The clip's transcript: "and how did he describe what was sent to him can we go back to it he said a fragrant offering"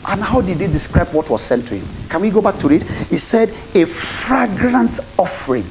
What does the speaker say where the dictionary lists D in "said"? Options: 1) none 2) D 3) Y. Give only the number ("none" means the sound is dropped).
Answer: 2